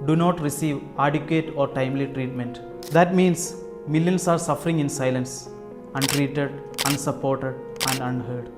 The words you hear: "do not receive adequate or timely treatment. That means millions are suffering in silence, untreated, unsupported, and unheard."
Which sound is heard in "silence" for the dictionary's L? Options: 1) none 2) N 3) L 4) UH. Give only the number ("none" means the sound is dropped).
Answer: 3